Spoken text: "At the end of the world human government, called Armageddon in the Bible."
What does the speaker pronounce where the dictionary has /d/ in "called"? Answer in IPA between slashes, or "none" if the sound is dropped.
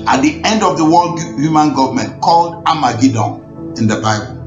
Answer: /d/